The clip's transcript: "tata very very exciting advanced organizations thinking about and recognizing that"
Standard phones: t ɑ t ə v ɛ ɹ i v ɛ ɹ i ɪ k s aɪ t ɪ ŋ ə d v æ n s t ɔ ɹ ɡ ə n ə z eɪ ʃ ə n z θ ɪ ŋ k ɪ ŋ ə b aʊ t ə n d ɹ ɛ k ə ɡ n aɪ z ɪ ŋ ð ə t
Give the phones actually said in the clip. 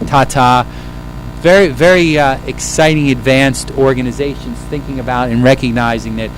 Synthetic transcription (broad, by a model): t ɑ t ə v ɛ ɹ i v ɛ ɹ i ɪ k s aɪ t ɪ ŋ ə d v æ n s t ɔ ɹ ɡ ə n ə z eɪ ʃ ə n z θ ɪ ŋ k ɪ ŋ ə b aʊ t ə n ɹ ɛ k ə ɡ n aɪ z ɪ ŋ ð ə t